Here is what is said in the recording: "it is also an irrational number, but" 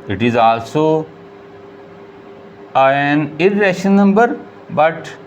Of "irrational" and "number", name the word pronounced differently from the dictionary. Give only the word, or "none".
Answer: irrational